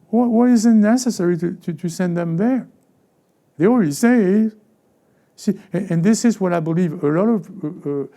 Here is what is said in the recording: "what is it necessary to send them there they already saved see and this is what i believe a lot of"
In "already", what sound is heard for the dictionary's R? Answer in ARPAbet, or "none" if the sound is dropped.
L